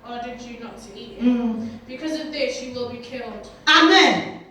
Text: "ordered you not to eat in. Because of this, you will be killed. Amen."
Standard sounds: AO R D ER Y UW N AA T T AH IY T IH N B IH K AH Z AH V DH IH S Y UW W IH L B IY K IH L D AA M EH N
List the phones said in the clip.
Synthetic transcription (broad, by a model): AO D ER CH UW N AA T S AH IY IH B IH K AH Z AH V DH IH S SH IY W IH L B IY K IH L D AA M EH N